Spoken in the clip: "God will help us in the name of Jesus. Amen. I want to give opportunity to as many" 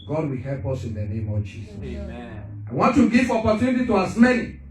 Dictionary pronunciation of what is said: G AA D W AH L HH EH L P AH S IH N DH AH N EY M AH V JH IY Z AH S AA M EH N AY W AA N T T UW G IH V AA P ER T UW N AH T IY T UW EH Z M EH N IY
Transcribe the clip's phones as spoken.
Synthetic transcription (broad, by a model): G AA D W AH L HH EH L P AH S IH N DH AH N EY M AH V JH IY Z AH S AA IH W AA N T T UW G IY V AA P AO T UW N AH T IY T UW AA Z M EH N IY